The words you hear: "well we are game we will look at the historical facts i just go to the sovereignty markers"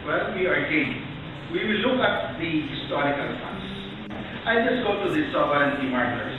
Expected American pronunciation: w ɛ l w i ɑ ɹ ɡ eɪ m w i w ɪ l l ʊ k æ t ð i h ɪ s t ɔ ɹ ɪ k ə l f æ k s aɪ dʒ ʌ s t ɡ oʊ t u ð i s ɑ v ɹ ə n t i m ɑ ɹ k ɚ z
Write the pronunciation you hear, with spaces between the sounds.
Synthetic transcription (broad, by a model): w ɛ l w i ɑ ɹ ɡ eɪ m w i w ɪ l l ʊ k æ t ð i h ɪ s t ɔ ɹ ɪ k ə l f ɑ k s aɪ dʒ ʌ s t ɡ oʊ t u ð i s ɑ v ə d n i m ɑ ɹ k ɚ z